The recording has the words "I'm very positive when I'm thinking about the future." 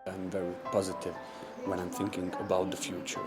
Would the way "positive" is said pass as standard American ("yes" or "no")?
yes